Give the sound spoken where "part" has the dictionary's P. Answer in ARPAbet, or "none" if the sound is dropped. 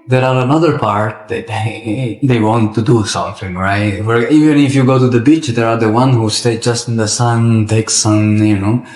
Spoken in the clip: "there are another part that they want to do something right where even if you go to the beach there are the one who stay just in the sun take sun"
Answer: P